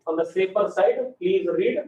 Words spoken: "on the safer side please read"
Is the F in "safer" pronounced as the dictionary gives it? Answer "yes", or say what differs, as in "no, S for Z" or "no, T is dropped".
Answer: no, P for F